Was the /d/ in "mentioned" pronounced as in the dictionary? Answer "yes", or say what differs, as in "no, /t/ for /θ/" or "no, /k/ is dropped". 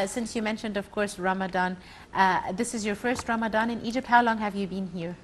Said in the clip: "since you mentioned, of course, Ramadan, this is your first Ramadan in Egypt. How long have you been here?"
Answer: yes